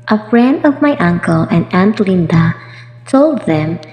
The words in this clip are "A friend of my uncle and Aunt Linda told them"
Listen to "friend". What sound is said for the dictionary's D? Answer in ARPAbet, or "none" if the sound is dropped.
D